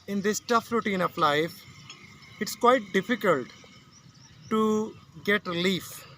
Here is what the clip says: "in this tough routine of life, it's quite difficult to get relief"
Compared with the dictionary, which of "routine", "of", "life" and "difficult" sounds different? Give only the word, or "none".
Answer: of